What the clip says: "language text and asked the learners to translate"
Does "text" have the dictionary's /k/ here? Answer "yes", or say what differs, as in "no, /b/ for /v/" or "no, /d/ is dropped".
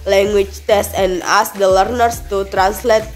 no, /k/ is dropped